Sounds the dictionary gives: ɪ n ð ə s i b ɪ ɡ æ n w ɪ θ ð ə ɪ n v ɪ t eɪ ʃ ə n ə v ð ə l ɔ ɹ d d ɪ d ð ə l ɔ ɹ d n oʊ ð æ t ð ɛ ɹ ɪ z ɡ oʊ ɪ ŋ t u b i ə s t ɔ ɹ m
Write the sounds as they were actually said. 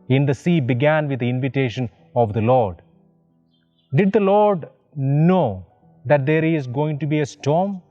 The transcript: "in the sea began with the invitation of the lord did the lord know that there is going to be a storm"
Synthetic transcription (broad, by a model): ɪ n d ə s i b ɪ ɡ æ n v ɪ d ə ɪ n v ɪ t eɪ ʃ ə n ə v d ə l ɔ ɹ d d ɪ d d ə l ɔ ɹ d n oʊ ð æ t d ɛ ɹ ɪ z ɡ oʊ ɪ ŋ t u b i ə s t ɔ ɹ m